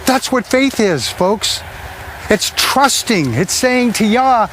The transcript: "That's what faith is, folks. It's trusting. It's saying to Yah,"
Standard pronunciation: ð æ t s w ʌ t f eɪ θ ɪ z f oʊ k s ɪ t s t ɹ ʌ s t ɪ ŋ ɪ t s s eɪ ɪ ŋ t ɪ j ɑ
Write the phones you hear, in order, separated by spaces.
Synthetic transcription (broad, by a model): ð æ t s w ʌ t f eɪ θ ɪ z f oʊ k s ɪ t s t ɹ ʌ s t ɪ ŋ ɪ t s s eɪ ɪ ŋ t ɪ j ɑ